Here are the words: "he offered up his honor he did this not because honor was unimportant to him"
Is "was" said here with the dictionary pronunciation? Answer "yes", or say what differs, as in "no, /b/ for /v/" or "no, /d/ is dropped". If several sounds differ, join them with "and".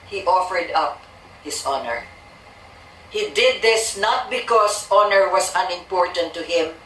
no, /s/ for /z/